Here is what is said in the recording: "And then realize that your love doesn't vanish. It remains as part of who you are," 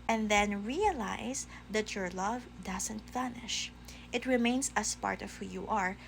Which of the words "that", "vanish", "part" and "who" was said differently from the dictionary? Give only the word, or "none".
vanish